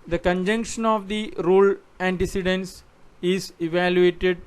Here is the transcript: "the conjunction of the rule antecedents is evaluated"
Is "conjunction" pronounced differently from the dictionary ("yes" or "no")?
no